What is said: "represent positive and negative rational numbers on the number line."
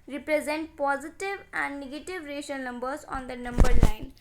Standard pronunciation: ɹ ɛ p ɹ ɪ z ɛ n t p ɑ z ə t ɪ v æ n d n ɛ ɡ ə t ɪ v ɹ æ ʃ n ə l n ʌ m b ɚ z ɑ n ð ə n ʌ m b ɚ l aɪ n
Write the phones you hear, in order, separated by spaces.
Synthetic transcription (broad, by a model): ɹ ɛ p ɹ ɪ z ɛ n t p ɑ z ə t ɪ v æ n d n ɛ ɡ ə t ɪ v ɹ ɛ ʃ ə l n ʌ m b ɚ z ɑ n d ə n ʌ m b ɚ l aɪ n